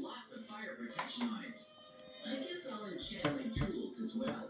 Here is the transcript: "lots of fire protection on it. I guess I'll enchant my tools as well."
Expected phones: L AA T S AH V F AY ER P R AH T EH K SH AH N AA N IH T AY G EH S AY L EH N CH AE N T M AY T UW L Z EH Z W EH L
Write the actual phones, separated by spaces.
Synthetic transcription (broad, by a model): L AA T S AH V F AY ER P R AH T EH K SH AH N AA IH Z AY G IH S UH N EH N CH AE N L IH T UW L Z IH Z W EH L